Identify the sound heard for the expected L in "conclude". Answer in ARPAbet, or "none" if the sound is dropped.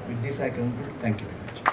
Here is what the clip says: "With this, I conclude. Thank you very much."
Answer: none